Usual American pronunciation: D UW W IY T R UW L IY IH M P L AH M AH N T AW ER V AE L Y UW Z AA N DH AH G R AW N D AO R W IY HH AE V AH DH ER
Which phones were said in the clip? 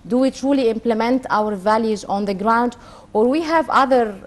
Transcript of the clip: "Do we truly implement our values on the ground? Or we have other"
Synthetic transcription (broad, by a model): D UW W IY T R UW L IY IH M P L AH M AH N T AW ER V AE L Y UW Z AA N DH AH G R AW N D AO R W IY HH AE V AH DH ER